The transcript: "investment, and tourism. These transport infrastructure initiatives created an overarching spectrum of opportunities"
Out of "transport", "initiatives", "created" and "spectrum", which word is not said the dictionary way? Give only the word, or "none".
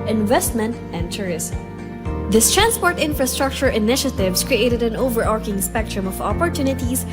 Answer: initiatives